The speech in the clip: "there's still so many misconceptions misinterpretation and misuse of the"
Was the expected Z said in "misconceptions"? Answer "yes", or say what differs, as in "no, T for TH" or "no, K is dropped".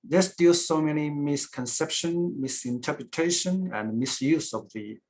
no, Z is dropped